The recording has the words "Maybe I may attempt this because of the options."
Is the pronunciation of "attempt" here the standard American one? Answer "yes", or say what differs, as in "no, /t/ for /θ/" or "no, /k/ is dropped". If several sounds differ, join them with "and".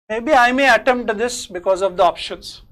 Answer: no, /p/ is dropped